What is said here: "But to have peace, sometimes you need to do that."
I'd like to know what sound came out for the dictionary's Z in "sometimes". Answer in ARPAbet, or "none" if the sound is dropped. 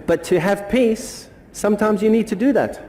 Z